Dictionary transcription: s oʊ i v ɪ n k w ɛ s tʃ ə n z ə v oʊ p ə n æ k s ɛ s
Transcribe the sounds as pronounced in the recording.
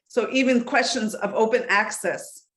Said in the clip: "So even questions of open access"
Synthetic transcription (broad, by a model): s oʊ i v ɪ n k w ɛ s tʃ ə n z ə v oʊ p ə n æ k s ɛ s